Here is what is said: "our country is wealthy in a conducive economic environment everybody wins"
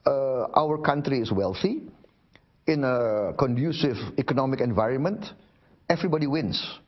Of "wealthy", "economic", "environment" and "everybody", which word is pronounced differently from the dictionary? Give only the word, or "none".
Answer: none